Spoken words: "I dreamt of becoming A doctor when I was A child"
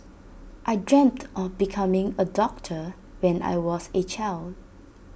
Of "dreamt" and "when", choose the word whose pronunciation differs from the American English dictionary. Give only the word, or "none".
none